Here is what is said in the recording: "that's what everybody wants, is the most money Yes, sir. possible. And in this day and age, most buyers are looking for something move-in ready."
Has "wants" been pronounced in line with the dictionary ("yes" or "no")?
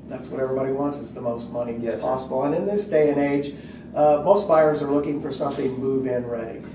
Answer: yes